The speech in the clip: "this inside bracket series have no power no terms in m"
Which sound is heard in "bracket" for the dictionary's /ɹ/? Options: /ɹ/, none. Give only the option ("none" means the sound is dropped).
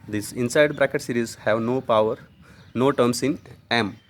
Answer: /ɹ/